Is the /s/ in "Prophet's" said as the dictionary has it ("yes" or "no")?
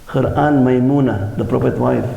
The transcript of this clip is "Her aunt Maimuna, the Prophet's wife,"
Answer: no